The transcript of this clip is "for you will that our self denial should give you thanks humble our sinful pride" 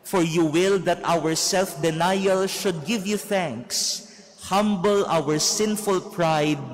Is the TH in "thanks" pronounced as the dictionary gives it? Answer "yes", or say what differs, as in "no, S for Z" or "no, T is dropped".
yes